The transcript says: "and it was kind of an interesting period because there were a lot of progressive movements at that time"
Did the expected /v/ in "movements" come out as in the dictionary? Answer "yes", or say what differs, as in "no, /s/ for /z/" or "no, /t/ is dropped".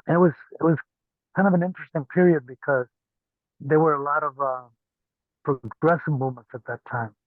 no, /v/ is dropped